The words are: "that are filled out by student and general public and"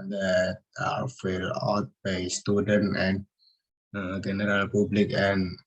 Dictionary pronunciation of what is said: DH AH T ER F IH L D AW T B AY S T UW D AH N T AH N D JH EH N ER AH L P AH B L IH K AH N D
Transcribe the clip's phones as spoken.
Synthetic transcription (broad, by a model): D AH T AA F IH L AW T B AY S T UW D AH N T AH N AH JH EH N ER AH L P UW B L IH K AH N